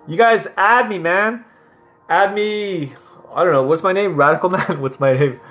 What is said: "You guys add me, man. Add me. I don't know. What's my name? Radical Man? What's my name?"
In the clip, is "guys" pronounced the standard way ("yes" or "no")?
yes